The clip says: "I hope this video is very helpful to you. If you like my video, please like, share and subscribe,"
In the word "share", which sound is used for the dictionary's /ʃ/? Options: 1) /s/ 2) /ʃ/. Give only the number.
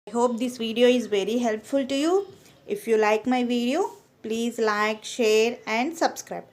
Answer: 2